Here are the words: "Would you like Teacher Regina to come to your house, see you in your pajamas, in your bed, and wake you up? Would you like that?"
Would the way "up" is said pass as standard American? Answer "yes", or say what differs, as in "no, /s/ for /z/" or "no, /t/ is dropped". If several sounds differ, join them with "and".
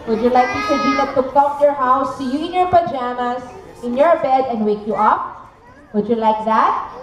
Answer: yes